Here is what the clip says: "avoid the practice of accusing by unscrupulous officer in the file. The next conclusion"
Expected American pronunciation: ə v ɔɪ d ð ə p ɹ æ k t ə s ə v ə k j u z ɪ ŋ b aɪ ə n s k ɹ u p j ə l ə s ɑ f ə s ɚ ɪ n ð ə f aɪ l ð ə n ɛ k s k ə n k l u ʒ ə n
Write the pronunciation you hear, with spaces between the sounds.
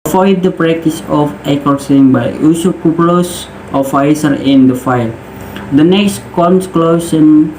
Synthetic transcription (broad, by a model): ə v ɔɪ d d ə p ɹ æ k t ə s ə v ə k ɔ s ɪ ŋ b aɪ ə s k u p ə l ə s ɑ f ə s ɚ ɪ n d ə f aɪ l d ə n ɛ k s k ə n k l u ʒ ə n